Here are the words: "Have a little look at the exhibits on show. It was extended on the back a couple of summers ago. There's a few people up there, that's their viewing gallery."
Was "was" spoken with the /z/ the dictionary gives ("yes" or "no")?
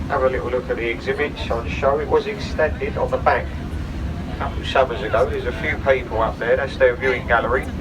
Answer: yes